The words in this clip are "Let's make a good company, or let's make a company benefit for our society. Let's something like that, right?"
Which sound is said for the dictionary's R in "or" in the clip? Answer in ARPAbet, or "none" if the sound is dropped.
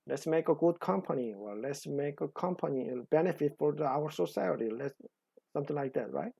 L